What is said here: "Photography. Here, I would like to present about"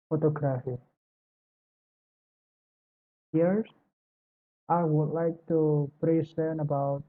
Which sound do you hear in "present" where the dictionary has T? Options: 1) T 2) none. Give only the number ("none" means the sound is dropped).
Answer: 2